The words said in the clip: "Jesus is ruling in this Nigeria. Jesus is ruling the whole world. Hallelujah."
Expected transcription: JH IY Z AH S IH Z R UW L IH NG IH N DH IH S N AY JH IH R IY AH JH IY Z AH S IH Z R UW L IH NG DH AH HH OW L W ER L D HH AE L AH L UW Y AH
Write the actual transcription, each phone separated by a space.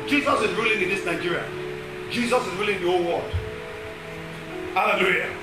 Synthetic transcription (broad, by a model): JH IY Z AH S IH Z R UW L IH NG IH N DH IH S N AY JH IH R IY AH JH IY Z AH S IH Z R UW L IH NG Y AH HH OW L W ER D HH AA L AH L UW Y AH